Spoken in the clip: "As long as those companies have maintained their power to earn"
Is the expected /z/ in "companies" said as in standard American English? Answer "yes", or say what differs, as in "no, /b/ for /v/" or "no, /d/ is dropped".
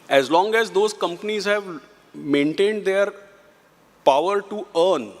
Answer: yes